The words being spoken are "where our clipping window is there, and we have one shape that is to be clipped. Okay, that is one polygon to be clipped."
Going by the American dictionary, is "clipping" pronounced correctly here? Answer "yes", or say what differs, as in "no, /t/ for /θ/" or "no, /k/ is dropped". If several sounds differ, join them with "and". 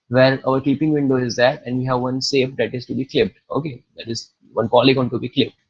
no, /l/ is dropped